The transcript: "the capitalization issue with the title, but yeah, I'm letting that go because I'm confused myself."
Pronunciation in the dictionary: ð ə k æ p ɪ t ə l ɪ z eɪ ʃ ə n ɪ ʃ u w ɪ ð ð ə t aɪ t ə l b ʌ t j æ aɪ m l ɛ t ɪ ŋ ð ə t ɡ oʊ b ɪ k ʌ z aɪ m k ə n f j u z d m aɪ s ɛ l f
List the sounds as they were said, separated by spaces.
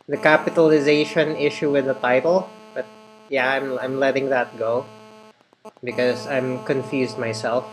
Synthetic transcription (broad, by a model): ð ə k æ p ɪ t ə l ɪ z eɪ ʃ ə n ɪ ʃ u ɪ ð ð ə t aɪ t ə l b ʌ t j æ aɪ m l ɛ t ɪ ŋ ð ə t ɡ oʊ b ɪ k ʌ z aɪ m k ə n f j u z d m aɪ s ɛ l f